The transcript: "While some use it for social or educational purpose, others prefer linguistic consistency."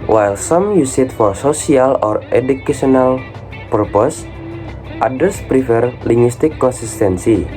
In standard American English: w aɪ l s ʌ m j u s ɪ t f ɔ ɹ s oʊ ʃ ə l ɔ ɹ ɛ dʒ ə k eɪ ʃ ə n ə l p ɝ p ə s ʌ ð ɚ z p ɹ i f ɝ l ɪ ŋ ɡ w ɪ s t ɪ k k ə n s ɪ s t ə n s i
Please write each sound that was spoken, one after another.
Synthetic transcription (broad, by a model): w aɪ l s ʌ m j u s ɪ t f ɔ ɹ s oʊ s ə l ɔ ɹ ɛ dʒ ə k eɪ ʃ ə n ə l p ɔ p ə s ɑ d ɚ s p ɹ i f ɝ l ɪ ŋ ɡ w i s t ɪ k k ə n s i s t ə n s i